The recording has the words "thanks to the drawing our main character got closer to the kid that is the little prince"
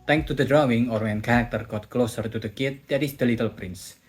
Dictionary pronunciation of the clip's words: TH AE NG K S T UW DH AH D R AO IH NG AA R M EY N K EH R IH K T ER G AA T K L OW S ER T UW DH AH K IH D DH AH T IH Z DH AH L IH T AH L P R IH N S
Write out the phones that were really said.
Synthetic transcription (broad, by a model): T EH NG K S T UW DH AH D R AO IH NG AA R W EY N K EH R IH K T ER G AA T K L OW S ER T UW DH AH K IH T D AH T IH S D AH L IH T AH L P R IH N S